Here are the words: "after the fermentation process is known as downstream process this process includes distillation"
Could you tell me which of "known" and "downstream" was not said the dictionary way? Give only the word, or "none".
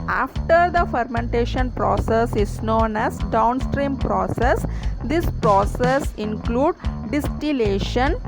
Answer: none